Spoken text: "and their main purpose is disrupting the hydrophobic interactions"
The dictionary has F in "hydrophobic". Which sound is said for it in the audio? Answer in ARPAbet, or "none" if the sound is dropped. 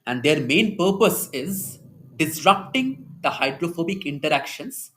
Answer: F